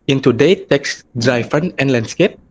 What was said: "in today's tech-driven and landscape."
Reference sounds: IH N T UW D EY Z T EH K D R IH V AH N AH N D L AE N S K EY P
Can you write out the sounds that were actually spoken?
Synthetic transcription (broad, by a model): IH N T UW D EY T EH K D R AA F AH N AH N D L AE N S K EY P